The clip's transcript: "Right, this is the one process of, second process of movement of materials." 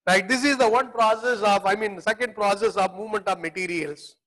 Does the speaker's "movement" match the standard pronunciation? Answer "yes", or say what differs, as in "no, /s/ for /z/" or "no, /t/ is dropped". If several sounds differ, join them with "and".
yes